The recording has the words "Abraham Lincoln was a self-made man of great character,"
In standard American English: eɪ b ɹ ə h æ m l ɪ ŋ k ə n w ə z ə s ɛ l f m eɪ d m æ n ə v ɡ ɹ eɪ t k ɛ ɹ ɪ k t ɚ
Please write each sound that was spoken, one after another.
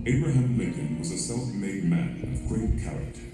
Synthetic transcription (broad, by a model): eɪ b ɹ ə h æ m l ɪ k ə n w ə z ə s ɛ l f m eɪ d m æ n ə v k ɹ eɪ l k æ ɹ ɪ k t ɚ